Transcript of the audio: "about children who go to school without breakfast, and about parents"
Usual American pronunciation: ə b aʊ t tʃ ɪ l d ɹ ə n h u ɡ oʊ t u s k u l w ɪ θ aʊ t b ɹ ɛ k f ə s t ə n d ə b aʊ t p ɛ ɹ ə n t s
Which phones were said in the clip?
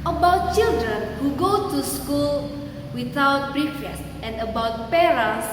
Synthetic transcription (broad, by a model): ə b aʊ t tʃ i l d ɹ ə n h u ɡ oʊ t u s k u l w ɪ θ aʊ t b ɹ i f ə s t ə n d ə b aʊ t p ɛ ɹ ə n s